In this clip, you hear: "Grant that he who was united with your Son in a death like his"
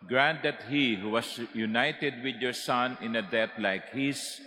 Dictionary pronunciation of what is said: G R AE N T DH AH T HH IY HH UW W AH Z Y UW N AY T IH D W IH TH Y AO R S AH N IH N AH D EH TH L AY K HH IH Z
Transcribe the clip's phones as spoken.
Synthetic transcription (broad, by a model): G R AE N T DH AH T HH IY HH UW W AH S Y UW N AY T IH D W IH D Y AO R S AH N IH N AH D EH T L AY K HH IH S